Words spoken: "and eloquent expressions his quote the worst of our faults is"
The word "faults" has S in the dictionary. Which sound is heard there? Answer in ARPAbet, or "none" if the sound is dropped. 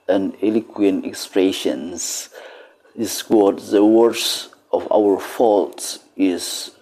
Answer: none